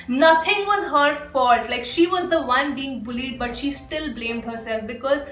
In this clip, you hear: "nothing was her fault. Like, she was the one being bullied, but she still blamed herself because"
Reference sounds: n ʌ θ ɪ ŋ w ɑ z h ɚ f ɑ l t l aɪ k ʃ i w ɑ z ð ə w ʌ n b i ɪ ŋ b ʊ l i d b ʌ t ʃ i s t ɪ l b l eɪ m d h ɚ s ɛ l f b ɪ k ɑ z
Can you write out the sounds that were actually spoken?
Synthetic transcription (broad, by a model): n ʌ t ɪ ŋ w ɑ z h ɚ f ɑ t l aɪ k ʃ i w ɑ z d ə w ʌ n b i ɪ ŋ b ʊ l i d b ʌ t ʃ i s t ɪ l b l eɪ m d h ɚ s ɛ l f b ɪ k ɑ z